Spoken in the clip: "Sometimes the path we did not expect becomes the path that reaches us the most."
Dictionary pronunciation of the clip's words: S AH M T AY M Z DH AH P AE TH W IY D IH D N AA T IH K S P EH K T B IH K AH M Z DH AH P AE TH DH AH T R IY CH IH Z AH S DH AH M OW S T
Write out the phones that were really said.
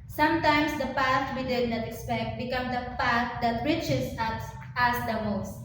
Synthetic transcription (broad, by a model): S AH M T AY M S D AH P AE S W IY D IH D N AA T IH K S P EH K T B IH K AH M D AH P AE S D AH T R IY CH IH S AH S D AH M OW S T